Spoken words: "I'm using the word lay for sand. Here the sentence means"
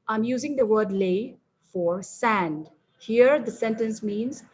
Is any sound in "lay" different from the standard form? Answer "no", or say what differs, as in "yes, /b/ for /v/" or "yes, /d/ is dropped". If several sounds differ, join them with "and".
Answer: no